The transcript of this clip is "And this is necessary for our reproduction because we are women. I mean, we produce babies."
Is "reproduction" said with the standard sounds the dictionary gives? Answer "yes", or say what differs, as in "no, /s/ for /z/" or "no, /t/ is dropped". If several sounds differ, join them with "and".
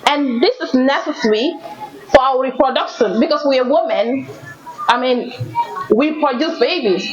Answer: yes